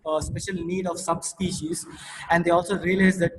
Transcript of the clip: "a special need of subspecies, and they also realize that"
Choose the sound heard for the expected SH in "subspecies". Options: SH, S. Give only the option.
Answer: SH